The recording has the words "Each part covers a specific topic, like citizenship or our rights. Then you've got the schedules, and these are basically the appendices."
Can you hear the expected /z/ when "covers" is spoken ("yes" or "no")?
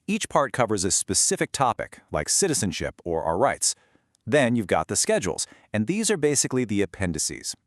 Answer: yes